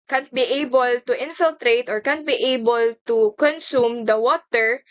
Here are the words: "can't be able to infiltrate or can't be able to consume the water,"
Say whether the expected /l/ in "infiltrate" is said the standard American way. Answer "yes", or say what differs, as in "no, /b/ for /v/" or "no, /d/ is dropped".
yes